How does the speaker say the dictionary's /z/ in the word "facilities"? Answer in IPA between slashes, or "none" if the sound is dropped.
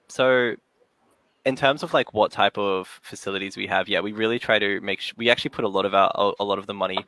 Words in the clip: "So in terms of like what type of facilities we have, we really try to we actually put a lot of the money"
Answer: /z/